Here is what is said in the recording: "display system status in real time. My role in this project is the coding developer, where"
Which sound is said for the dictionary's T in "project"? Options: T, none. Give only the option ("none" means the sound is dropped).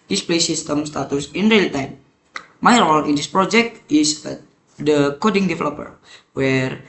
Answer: T